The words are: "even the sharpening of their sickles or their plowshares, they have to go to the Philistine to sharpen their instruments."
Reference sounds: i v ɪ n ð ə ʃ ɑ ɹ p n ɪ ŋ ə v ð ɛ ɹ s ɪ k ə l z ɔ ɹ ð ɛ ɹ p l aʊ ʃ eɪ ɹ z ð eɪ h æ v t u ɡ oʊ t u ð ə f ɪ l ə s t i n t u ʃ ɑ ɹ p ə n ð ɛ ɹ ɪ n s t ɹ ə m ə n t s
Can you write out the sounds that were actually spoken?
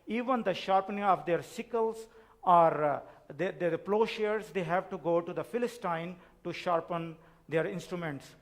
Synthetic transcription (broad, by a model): i v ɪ n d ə ʃ ɑ ɹ p n ɪ ŋ ə v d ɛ ɹ s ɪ k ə l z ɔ ɹ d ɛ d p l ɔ ʃ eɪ ɹ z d eɪ h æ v t u ɡ oʊ t u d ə f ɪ l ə s t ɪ n t u ʃ ɑ ɹ p ə n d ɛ ɹ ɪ n s t ɹ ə m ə n t s